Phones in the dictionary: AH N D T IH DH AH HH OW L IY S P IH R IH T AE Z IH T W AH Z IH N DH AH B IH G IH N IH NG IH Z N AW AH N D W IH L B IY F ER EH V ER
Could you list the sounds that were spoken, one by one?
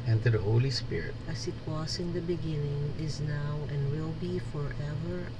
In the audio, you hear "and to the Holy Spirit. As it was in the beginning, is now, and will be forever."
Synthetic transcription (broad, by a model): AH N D T IH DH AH HH OW L IY S P IH R IH T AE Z IH T W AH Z IH N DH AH B IH G IH N IH NG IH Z N AW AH N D W IH L B IY F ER EH V ER